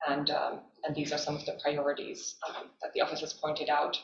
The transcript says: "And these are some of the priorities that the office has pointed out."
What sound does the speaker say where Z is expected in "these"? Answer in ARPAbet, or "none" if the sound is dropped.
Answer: Z